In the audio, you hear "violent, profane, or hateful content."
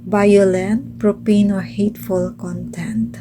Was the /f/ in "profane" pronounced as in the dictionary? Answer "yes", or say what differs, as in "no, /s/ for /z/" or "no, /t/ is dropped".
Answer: no, /p/ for /f/